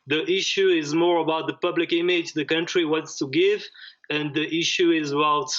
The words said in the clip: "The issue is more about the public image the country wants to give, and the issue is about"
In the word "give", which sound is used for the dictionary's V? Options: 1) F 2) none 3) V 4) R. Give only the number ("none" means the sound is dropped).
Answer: 3